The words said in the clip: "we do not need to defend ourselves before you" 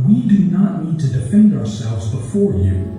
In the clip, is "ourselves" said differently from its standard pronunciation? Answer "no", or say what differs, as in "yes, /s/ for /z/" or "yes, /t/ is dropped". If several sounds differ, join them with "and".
no